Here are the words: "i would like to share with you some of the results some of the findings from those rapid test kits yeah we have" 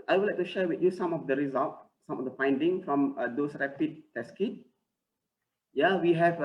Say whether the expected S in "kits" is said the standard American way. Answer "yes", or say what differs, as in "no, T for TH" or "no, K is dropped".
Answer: no, S is dropped